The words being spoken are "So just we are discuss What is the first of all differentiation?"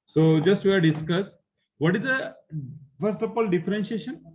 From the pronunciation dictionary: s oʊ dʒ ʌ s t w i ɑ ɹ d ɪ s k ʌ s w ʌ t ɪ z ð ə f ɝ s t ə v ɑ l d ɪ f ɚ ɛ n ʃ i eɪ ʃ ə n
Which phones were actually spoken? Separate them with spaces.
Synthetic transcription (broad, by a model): s oʊ dʒ ʌ s t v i ɑ ɹ d ɪ s k ʌ s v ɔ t ɪ z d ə f ɝ s t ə p ɑ l d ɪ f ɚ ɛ n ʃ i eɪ ʃ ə n